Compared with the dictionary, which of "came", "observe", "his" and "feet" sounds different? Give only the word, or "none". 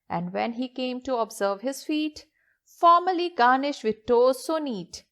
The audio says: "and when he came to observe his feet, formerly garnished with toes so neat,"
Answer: none